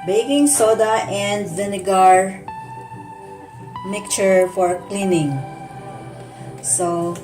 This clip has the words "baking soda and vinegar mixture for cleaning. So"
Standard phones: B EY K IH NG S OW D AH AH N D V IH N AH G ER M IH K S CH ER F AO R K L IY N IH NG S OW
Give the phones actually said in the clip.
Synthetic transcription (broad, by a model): B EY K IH NG S OW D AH AH N D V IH N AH G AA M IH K CH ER F AO R K L IY N IH NG S OW